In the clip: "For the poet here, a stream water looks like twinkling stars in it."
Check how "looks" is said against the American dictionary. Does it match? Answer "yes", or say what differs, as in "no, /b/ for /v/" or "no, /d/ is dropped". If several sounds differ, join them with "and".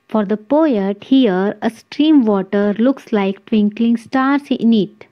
yes